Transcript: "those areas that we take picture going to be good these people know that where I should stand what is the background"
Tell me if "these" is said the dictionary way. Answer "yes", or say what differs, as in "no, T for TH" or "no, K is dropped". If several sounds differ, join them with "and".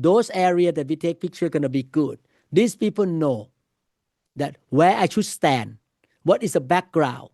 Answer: no, S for Z